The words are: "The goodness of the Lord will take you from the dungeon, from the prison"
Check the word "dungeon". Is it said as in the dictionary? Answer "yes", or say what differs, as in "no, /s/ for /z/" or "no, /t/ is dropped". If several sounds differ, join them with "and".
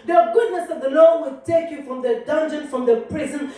yes